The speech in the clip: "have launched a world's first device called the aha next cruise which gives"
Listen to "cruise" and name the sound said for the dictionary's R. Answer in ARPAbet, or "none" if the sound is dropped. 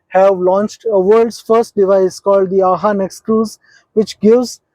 none